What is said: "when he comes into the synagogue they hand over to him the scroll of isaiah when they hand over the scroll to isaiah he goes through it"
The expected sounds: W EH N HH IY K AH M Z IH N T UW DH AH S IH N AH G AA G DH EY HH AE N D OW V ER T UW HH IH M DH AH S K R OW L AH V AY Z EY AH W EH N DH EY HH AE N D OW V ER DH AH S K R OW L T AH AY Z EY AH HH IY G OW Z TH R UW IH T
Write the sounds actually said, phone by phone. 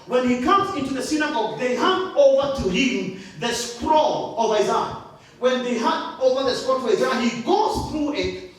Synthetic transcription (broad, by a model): W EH N HH IY K AH M Z IH N T UW DH AH S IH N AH G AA G DH EY HH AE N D OW V ER T UW HH IH M DH AH S K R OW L AH V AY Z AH W EH N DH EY HH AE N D OW V ER DH AH S K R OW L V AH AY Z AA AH HH IY G OW Z TH R UW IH T